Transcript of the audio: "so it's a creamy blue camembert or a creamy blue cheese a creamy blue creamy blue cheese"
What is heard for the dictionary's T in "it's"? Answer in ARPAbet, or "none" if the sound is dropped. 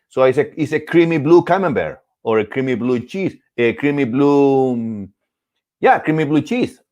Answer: S